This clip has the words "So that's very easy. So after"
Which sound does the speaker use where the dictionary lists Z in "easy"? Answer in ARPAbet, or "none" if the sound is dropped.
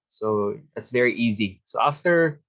Z